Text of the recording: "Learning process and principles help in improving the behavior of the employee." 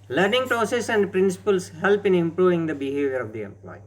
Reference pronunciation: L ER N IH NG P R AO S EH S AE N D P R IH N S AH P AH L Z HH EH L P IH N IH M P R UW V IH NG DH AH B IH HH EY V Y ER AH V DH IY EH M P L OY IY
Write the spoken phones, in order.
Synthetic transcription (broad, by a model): L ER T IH NG P R AO S EH S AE N D P R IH N S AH P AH L S HH EH L P IH N IH M P R UW V IH NG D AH B IH HH EY V Y ER AH V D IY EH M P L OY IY